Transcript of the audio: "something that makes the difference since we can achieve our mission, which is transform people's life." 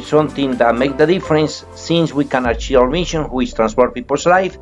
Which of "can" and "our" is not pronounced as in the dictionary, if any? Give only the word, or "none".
our